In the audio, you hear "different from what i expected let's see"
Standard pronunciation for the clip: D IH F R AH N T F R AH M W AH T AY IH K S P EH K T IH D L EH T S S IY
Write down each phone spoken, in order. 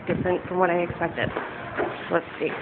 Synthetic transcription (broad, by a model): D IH F R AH N T F R AH M W AH T AY IH K S P EH K T IH D W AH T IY